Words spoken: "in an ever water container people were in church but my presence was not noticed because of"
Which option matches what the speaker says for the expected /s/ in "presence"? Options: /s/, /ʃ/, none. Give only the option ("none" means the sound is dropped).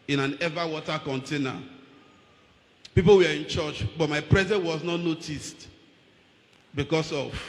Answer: none